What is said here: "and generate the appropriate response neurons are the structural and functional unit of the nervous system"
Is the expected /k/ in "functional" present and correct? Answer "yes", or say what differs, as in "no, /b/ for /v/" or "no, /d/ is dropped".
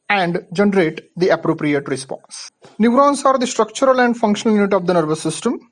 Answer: yes